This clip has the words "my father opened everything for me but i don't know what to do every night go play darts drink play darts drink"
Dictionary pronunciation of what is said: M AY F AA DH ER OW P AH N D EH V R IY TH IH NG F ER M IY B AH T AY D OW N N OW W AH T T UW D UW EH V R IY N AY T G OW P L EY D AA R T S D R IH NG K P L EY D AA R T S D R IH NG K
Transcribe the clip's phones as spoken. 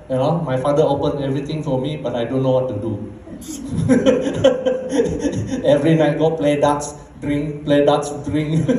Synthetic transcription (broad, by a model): M AY F AA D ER OW P AH N EH V R IY T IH NG F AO M IY B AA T AY D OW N N OW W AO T T UW D UW EH V R IY N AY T G OW P L EY D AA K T S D R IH NG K P L EY D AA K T S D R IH NG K